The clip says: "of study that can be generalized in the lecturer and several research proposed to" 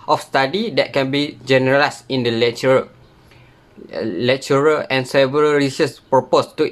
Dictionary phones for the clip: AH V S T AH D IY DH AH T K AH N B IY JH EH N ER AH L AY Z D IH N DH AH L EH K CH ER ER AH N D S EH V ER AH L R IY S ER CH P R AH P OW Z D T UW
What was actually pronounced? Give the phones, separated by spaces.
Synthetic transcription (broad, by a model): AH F S T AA D IY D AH T K AH N B IY JH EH N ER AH L AY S IH N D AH L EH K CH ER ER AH N S EH V ER AH L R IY S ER S P R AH P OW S T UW